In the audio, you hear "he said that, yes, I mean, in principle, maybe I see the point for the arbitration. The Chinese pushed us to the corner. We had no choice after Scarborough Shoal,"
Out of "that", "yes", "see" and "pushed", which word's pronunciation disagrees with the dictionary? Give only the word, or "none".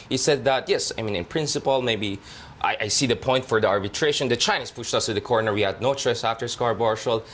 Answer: none